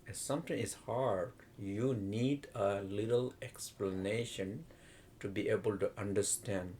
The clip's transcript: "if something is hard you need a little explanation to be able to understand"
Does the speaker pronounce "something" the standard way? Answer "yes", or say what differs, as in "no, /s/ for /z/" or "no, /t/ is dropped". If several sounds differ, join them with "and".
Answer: no, /t/ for /θ/